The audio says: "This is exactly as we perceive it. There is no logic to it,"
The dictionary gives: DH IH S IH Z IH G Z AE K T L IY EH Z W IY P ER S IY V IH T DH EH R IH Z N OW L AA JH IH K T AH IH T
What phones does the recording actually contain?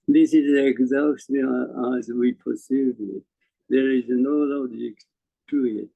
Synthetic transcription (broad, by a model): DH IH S IH Z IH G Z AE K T IY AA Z W IY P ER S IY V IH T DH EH R IH Z N OW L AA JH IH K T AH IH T